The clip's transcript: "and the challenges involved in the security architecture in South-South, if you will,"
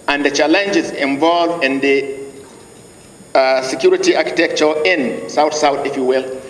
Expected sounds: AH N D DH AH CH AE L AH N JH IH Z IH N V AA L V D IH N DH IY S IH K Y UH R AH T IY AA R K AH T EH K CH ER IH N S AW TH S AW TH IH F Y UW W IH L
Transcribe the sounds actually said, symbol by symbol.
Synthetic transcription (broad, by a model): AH N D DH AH CH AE L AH N JH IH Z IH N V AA L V IH N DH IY S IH K Y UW R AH T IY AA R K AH T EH K CH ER IH N S AW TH S AW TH IH F Y UW W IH L